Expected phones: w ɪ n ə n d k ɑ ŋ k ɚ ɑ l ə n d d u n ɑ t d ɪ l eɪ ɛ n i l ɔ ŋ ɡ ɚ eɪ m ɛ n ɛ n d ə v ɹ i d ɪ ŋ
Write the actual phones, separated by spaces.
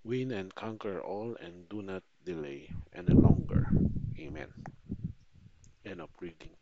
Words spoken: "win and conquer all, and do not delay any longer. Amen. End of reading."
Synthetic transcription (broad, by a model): w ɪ n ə n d k ɑ ŋ k ɚ ɑ l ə n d d u n ɑ t d ɪ l eɪ ɛ n i l ɔ ŋ ɡ ɚ eɪ m ɛ n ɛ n ə p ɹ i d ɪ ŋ